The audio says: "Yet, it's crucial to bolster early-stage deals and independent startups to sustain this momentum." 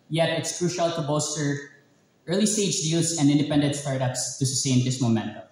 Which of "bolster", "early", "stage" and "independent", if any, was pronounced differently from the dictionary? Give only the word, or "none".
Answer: bolster